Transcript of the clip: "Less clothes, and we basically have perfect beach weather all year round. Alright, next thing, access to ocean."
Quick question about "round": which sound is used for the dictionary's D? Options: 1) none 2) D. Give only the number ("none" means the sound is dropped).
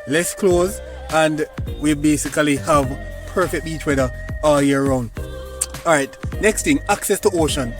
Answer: 1